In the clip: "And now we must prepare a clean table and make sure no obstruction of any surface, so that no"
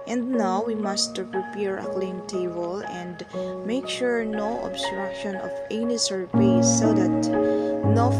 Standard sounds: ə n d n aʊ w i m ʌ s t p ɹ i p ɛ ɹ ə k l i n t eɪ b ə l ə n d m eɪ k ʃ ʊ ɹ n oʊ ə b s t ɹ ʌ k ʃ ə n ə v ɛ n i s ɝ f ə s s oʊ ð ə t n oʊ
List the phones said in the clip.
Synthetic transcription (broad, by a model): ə n d n aʊ w i m ʌ s t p ɹ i p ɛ ɹ ə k l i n t eɪ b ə l ə n d m eɪ k ʃ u ɹ n oʊ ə b s t ɹ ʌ k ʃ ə n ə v ɛ n i s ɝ p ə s s oʊ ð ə t n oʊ